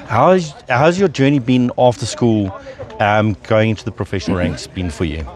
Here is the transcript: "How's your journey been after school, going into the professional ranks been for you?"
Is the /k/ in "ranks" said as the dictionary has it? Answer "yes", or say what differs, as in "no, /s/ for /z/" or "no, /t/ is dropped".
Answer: yes